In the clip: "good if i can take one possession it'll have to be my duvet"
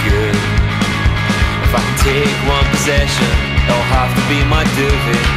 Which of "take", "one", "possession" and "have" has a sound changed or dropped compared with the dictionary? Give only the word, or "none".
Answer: have